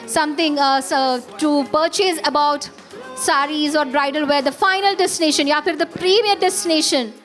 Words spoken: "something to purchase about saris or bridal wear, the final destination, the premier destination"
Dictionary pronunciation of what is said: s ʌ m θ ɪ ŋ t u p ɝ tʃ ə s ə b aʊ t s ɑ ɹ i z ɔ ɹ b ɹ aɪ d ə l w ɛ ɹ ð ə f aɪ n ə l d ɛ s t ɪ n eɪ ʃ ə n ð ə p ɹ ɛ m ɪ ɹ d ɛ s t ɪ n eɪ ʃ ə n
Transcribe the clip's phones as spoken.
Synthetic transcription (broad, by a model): s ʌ m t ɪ ŋ t u p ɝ tʃ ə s ə b aʊ t s ɑ ɹ i z ɔ ɹ b ɹ aɪ d ə l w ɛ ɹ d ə f aɪ n ə l d ɛ s t ɪ n eɪ ʃ ə n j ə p ɹ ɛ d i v d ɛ s t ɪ n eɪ ʃ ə n